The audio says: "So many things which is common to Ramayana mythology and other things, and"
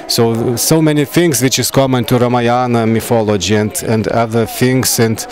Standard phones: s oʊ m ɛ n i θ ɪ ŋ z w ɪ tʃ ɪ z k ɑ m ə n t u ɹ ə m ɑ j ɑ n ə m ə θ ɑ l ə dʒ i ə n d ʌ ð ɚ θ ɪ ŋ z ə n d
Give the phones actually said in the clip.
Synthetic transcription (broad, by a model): s oʊ m ɛ n i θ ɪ ŋ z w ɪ tʃ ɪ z k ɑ m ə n t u ɹ ə m ɑ j ɑ n ə m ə f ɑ l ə dʒ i ə n d ʌ ð ɚ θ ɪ ŋ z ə n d